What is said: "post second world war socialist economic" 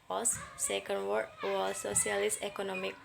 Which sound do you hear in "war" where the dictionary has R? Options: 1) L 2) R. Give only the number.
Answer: 1